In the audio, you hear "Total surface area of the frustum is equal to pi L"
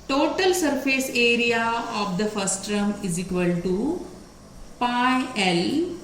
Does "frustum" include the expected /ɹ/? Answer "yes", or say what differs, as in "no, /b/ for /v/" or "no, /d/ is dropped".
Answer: no, /ɹ/ is dropped